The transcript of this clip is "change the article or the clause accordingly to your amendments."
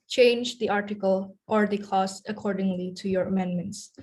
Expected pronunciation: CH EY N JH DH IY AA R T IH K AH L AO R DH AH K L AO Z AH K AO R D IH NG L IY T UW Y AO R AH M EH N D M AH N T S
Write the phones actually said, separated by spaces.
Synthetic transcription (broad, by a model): CH EY N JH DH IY AA R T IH K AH L AO R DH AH K AO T AH K AO R D IH NG L IY T UW Y AO R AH M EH N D M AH N T S